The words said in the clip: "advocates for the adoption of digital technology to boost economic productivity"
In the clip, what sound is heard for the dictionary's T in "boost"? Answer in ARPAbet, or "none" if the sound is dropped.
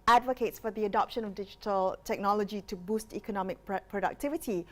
T